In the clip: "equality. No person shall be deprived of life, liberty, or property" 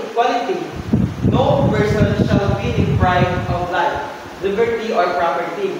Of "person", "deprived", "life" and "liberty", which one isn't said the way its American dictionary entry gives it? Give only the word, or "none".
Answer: deprived